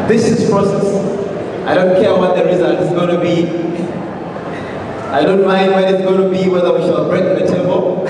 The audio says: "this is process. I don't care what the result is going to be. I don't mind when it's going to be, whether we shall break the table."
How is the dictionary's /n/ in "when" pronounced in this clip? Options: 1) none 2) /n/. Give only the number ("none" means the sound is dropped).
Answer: 1